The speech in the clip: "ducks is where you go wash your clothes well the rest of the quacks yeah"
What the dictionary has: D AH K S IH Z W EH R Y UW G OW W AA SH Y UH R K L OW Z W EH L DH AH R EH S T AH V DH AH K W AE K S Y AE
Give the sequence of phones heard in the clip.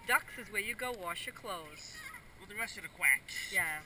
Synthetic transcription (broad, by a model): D AH K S IH Z W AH R Y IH G OW W AA SH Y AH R K L OW Z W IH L DH AH R EH S T AH V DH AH K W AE K Y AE